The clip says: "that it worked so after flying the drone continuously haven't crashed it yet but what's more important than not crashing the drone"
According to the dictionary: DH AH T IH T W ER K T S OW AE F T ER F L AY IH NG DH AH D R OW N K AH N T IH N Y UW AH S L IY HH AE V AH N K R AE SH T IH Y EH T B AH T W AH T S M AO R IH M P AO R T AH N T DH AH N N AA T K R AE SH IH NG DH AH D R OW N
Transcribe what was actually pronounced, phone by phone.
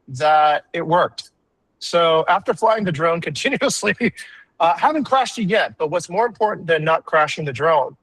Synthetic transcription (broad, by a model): DH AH T IH T W ER K T S OW AE F T ER F L AY IH NG DH AH D R OW N K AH N T IH N Y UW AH S L IY HH AE V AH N K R AE SH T IH Y EH T B AH T W AH T S M AO R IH M P AO R T N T DH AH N N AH T K R AE SH IH NG DH AH D R OW N